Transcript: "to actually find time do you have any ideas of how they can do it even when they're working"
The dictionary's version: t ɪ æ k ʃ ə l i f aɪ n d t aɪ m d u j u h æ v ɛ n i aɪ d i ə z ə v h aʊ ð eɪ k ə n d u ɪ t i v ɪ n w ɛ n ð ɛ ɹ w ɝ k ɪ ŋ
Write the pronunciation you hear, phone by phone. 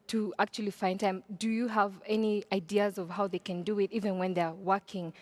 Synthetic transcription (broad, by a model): t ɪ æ k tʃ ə l i f aɪ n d t aɪ m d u j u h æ v ɛ n i aɪ d i ə z ə v h aʊ ð eɪ k ə n d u ɪ t i v ɪ n w ɛ n ð ɛ ɹ w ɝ k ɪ ŋ